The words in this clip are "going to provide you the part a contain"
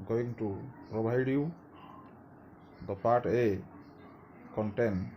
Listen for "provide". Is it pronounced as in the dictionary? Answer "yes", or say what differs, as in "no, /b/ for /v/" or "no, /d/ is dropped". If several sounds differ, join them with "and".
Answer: no, /b/ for /v/